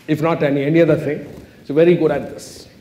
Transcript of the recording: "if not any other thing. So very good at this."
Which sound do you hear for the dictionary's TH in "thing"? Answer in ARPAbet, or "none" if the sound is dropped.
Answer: T